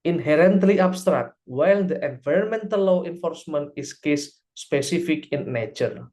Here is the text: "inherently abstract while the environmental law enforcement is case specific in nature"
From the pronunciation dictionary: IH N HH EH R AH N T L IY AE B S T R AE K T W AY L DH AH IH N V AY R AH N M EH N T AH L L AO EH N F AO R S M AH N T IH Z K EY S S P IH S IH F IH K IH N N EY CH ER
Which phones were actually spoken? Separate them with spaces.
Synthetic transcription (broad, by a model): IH N HH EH R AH N T L IY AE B S T R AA K T W AY L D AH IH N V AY R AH N M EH N T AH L L AO EH N F AO R S M AH N T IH S K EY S S P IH S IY F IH K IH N N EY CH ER